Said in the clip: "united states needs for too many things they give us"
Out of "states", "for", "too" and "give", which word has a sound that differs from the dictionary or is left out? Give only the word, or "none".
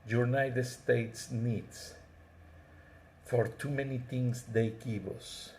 give